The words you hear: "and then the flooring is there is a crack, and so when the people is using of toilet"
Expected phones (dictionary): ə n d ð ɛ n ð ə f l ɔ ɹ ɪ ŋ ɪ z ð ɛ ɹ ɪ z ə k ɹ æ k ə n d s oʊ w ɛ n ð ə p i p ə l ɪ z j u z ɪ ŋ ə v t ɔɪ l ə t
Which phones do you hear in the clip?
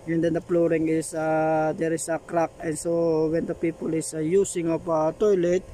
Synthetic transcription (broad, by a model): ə n d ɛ n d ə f l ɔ ɹ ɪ ŋ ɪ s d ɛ ɹ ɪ s ə k ɹ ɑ k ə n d s oʊ w ɛ n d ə p i p ə l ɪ s j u s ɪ ŋ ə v t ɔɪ l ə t